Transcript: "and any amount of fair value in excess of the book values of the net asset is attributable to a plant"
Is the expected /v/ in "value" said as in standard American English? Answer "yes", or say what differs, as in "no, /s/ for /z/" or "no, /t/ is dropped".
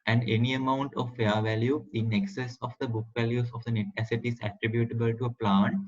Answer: yes